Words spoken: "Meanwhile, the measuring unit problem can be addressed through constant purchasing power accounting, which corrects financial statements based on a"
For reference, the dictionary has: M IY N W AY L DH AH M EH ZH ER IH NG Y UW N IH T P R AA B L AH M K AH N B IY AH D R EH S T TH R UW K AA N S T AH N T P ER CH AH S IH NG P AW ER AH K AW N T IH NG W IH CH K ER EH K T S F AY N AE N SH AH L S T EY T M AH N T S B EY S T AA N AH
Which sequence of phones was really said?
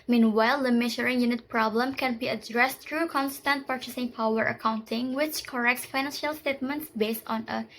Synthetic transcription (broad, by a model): M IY N W AY L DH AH M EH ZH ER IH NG Y UW N IH T P R AA B L AH M K AH N B IY AH D R EH S T R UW K AA N S T AH N T P ER CH AH S IH NG P AW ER AH K AW N T IH NG W IH CH K ER EH K T S F AY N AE N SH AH L S T EY T M AH N T S B EY S T AA N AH